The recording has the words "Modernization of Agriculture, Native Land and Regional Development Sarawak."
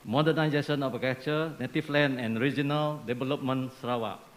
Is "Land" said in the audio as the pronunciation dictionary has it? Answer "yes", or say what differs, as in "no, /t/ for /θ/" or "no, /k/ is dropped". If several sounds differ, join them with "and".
no, /d/ is dropped